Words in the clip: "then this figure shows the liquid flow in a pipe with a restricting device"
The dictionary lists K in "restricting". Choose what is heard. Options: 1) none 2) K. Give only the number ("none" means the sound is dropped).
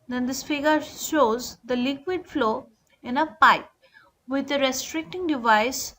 2